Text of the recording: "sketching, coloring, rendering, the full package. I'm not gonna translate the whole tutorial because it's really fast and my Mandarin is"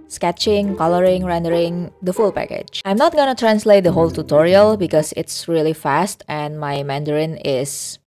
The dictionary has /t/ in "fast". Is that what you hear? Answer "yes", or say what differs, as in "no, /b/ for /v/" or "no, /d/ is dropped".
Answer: yes